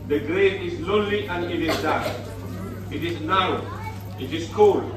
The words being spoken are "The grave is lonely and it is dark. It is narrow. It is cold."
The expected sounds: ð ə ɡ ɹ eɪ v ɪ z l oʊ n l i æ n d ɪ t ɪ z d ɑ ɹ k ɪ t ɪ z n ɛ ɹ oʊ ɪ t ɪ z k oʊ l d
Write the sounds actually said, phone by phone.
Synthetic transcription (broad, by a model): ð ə ɡ ɹ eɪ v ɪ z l oʊ n l i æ n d ɪ t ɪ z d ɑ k ɪ t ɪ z n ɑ ʊ ɪ t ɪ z k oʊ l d